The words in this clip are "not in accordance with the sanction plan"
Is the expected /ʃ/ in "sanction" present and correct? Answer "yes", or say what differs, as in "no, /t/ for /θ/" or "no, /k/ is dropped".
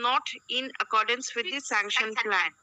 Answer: yes